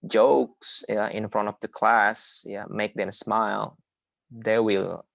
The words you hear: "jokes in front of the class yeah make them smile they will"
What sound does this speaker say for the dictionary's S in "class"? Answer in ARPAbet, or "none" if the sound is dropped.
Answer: S